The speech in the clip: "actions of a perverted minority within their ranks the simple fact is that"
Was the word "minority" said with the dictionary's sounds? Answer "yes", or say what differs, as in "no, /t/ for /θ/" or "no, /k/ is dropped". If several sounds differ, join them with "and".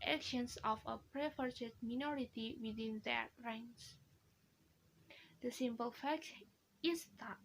yes